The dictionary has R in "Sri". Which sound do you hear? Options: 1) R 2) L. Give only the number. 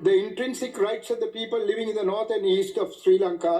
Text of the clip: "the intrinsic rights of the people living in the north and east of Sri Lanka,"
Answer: 1